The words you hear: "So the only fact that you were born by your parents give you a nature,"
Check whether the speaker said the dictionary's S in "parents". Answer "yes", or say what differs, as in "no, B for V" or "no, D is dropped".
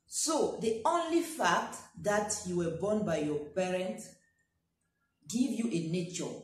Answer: no, S is dropped